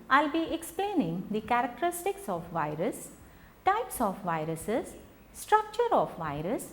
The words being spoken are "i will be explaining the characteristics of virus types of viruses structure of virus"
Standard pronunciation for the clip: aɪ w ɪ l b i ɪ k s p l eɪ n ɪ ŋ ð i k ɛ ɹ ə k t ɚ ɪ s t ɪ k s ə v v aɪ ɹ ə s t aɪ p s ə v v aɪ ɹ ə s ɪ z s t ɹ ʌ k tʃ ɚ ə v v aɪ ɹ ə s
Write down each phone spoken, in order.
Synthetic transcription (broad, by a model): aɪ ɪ l b i ɪ k s p l eɪ n ɪ ŋ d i k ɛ ɹ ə k t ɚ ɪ s t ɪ k s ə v v aɪ ɹ ə s t aɪ p s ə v v aɪ ɹ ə s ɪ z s t ɹ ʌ k tʃ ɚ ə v v aɪ ɹ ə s